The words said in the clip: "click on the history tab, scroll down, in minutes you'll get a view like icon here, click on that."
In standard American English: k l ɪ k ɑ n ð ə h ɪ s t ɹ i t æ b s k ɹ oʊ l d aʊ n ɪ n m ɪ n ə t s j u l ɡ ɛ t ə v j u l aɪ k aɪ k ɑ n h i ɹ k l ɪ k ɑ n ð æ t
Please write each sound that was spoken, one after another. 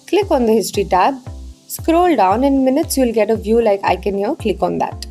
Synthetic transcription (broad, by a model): k l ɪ k ɑ n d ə h ɪ s t ɹ i t æ b s k ɹ oʊ l d aʊ n ɪ n m ɪ n ə t s j u l ɡ ɛ t ə v j u l aɪ k aɪ k ɑ n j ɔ k l ɪ k ɑ n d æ t